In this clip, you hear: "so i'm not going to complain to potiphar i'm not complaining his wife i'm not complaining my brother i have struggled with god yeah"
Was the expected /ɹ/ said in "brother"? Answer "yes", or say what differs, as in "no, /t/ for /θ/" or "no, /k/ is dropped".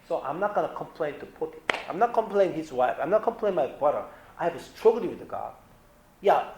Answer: no, /ɹ/ is dropped